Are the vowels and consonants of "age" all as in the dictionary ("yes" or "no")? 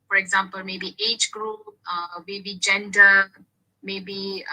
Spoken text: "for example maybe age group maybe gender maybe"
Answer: yes